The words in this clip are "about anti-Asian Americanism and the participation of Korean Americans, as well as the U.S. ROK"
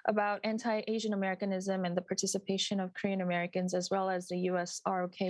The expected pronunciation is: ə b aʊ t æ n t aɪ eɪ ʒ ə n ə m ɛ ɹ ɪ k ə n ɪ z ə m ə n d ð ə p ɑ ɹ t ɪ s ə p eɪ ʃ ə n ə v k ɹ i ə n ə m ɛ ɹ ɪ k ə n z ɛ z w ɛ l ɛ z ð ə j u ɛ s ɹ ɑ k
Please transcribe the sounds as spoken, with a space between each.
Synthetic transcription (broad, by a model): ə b aʊ t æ n t aɪ eɪ ʒ ə n ə m ɛ ɹ ɪ k ə n ɪ z ə m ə n ð ə p ɑ ɹ t ɪ s ə p eɪ ʃ ə n ə v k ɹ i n ə m ɛ ɹ ɪ k ə n z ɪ z w ɛ l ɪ z ð ə j u ɛ s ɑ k